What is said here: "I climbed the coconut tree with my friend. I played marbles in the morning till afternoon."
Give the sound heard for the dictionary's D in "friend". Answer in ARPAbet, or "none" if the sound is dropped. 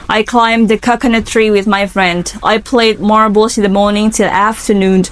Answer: D